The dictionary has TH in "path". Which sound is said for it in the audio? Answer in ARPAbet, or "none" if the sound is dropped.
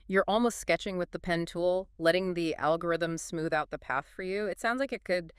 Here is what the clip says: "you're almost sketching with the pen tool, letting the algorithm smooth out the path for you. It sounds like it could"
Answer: TH